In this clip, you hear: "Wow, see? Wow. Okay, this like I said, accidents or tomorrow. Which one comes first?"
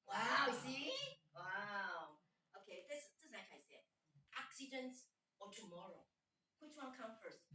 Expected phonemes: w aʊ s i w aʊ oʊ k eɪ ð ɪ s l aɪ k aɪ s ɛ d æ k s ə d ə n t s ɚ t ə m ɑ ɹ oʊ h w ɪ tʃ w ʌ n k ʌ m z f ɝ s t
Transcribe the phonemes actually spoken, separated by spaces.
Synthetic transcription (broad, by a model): w aʊ s i w aʊ oʊ k eɪ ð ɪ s n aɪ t aɪ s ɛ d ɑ k s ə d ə n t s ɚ t ə m ɑ ɹ oʊ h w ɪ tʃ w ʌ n k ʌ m f ɝ s t